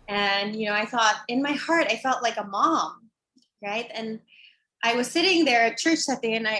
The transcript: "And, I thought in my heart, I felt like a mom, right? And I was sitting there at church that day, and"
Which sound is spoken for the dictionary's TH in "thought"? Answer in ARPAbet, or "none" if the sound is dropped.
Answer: TH